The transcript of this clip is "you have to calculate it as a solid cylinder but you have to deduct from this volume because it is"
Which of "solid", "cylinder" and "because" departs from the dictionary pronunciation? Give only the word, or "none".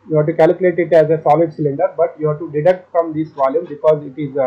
none